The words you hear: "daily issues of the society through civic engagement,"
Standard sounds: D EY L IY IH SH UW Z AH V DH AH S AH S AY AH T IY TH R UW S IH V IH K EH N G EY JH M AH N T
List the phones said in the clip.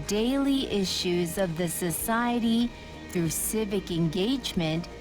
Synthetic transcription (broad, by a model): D EY L IY IH SH UW Z AH V DH AH S AH S AY AH T IY TH R UW S IH V IH K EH N G EY JH M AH N T